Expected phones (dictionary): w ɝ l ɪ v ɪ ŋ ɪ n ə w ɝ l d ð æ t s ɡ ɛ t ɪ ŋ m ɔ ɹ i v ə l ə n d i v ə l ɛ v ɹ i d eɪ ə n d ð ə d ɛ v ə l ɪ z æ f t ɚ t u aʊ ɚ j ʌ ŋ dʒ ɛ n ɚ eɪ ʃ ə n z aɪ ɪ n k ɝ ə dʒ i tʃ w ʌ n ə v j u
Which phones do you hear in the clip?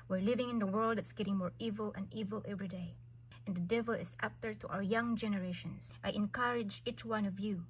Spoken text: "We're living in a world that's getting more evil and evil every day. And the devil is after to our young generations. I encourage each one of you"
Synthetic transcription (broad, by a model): w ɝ l ɪ v ɪ ŋ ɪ n ə w ɝ l d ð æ t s ɡ ɛ t ɪ ŋ m ɔ ɹ i v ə l ə n d i v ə l ɛ v ɹ i d eɪ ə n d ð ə d ɛ v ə l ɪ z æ p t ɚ t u aʊ ɚ j ʌ ŋ dʒ ɛ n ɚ eɪ ʃ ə n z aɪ ɪ n k ɝ ə dʒ i tʃ w ʌ n ə v j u